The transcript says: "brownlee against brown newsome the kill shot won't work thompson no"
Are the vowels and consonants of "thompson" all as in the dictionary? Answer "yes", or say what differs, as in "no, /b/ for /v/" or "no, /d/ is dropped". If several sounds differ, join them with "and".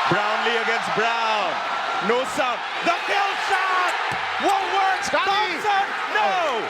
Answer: no, /s/ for /t/ and /m/ is dropped